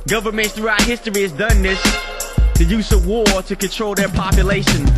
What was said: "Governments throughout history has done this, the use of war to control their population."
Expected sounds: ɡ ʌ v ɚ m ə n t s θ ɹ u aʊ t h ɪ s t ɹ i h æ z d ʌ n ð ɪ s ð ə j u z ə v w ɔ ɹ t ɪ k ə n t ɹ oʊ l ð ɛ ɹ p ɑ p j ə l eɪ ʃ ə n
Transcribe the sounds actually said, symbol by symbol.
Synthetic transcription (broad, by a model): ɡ ʌ v ɚ m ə n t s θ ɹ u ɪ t h ɪ s t ɹ i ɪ z d ʌ n ð ɪ s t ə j u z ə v w ɔ ɹ t ɪ k ə n t ɹ oʊ l ð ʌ ɹ p ɑ p j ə l eɪ ʃ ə n